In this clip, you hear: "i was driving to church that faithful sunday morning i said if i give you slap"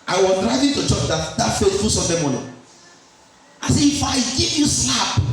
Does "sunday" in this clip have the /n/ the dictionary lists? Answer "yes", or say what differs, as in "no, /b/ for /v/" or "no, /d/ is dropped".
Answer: no, /n/ is dropped